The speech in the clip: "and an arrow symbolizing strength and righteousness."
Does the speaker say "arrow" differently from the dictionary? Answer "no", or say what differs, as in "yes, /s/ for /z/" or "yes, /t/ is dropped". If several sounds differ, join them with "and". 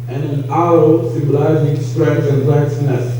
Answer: yes, /ɹ/ is dropped